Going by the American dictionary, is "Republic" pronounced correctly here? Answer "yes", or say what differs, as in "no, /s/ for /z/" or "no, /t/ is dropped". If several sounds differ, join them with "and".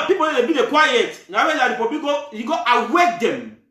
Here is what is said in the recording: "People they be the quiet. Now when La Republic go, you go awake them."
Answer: no, /l/ is dropped